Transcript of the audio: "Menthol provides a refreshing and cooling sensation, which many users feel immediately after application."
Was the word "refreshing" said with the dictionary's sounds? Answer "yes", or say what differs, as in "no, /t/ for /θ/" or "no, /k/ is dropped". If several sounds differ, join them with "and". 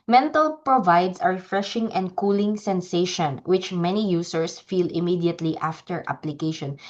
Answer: yes